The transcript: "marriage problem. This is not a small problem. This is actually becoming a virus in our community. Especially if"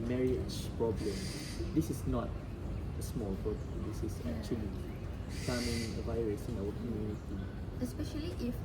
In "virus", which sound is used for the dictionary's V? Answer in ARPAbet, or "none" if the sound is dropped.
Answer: V